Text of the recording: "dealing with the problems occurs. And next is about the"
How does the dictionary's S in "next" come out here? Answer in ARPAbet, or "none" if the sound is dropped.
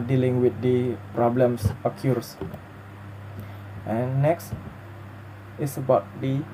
S